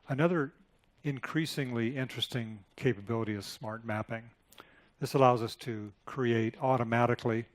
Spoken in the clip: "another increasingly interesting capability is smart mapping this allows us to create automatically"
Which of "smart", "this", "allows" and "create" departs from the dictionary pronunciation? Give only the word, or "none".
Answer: none